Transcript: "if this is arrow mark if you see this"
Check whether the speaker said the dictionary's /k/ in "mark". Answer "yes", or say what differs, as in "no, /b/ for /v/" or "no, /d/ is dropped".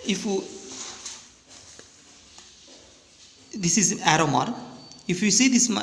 no, /k/ is dropped